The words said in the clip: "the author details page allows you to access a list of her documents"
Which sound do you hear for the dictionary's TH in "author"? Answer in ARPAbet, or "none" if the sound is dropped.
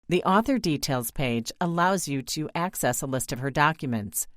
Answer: TH